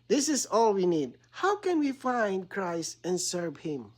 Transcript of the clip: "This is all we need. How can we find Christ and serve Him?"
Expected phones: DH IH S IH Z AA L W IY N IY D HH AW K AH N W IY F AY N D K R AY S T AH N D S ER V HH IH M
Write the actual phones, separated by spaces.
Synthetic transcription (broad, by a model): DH IH S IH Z AA L W IY N IY D HH AW K AH N W IY F AY N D K R AY S T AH N S ER V HH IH M